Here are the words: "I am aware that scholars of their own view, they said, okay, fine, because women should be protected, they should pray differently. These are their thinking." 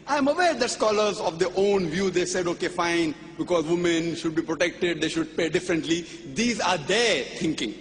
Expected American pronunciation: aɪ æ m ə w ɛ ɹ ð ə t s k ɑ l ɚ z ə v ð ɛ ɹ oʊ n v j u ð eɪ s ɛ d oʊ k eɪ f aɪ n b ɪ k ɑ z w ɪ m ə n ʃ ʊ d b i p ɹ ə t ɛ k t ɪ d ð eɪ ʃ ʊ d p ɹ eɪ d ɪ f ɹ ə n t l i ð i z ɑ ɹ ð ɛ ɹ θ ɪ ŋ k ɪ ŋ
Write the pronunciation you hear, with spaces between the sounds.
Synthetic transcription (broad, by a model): aɪ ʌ m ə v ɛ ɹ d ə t s k ɑ l ɚ z ə v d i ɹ oʊ n v j u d eɪ s ɛ d oʊ k eɪ f aɪ n b ɪ k ɑ z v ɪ m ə n ʃ ʊ d b i p ɹ ə t ɛ k t ɪ d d eɪ ʃ ʊ d p eɪ d ɪ f ɹ ə n t l i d i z ɑ ɹ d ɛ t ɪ ŋ k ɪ ŋ